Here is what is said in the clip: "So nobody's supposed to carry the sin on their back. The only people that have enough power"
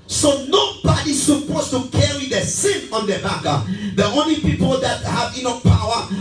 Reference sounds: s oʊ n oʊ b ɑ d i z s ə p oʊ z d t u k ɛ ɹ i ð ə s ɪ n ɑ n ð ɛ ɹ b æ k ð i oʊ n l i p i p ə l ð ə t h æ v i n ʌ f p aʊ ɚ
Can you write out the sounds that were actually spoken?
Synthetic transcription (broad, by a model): s oʊ n oʊ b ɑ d i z s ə p oʊ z t u k ɛ ɹ i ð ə s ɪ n ɑ n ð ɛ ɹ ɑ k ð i oʊ n l i p i p ə l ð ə t h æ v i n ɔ p aʊ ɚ